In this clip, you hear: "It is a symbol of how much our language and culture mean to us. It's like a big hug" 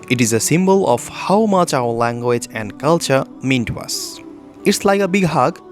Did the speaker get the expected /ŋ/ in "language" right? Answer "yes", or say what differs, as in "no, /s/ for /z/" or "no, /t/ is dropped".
yes